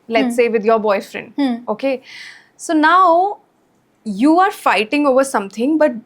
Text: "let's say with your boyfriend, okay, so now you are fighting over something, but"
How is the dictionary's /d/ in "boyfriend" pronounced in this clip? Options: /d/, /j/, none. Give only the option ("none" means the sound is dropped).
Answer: /d/